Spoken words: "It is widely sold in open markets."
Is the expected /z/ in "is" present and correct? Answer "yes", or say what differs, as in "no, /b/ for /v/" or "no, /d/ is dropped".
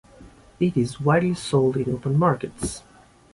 yes